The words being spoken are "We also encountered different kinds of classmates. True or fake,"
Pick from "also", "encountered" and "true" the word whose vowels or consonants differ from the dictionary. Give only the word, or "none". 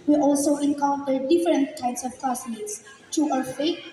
true